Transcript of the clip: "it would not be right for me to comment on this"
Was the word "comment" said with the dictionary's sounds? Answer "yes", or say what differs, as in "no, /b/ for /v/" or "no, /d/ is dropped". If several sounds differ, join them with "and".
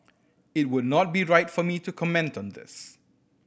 yes